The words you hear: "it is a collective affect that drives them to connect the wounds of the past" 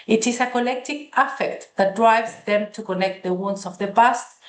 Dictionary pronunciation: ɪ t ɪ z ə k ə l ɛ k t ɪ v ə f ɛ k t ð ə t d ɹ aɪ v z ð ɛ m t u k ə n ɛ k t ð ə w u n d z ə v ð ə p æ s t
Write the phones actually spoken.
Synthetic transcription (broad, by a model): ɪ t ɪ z ə k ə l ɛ k t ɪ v ə f ɛ k t ð ə t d ɹ aɪ v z ð ɛ m t u k ə n ɛ k t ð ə w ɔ n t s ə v ð ə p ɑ s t